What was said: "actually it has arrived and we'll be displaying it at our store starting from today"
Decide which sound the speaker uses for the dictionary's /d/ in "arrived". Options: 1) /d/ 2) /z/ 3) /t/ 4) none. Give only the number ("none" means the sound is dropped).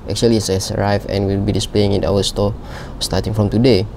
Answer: 4